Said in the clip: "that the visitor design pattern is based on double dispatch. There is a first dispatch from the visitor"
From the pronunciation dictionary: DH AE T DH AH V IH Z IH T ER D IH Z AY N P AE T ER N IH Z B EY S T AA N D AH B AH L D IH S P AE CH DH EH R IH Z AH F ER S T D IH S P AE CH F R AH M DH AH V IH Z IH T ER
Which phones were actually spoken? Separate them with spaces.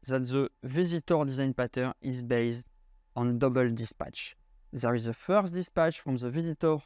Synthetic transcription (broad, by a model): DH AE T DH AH V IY Z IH T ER D IH Z AY N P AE T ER IH Z B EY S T AA N D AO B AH L D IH S P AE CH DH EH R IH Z AH F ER S T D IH S P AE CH F R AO M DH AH V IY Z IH T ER